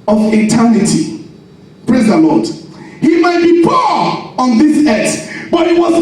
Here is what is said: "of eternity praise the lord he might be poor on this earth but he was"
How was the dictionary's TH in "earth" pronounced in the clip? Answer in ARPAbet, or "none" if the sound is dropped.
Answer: S